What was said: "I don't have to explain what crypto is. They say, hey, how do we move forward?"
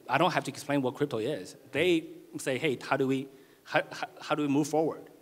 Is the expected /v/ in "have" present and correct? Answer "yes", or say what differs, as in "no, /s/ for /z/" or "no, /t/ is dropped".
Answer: no, /f/ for /v/